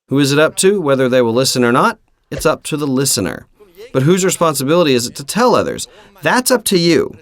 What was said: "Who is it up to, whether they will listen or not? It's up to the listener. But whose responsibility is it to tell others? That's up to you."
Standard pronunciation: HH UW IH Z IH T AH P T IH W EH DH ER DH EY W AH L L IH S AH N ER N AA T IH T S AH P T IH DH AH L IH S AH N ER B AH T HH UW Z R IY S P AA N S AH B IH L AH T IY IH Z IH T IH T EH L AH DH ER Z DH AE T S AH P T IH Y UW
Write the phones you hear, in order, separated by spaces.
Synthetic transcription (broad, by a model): HH UW IH Z IH T AH P T IH W EH DH ER DH EY W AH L L IH S AH N ER N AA T IH T S AH P T IH DH AH L IH S AH N ER B AH T HH UW Z R IY S P AA N S AH B IH L AH T IY IH Z IH T IH T EH L AH DH ER Z DH AE T S AH P T IH Y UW